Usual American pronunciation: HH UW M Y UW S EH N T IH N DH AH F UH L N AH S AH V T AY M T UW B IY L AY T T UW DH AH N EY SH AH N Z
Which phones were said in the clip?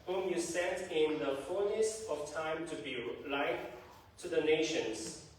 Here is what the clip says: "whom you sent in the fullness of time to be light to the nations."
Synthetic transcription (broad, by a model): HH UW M Y UW S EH T IH N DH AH F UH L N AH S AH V T AY M T UW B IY L AY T T UW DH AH N EY SH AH N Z